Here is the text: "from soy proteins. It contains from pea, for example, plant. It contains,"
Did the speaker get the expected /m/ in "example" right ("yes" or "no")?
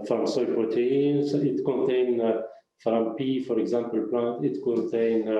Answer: yes